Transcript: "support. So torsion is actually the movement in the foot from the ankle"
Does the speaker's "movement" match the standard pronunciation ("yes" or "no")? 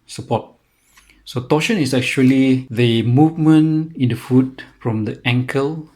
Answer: no